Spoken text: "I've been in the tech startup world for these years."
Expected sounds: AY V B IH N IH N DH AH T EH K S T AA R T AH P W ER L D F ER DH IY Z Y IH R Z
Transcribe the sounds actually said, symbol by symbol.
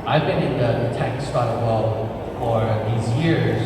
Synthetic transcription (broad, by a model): AY V B IH N IH N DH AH T EH K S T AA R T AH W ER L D F ER DH IY Z Y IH R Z